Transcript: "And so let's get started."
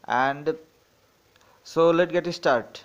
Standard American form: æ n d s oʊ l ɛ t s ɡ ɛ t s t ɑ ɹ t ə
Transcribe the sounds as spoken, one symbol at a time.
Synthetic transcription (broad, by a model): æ n d s oʊ l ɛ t ɡ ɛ t s t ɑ ɹ t